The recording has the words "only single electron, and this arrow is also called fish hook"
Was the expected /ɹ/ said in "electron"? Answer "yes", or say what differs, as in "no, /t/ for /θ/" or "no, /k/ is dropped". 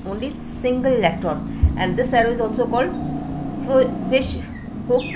no, /ɹ/ is dropped